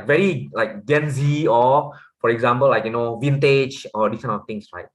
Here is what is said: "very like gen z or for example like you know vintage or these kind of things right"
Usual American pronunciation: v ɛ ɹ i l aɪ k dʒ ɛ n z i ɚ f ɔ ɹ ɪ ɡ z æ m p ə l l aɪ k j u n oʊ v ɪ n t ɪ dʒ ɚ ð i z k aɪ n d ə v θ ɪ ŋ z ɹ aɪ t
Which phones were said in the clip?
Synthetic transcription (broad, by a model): v ɛ ɹ i l aɪ k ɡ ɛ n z i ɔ f ɔ ɹ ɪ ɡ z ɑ m p ə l l aɪ k j u n oʊ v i n t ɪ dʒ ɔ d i s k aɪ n ə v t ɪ ŋ s ɹ aɪ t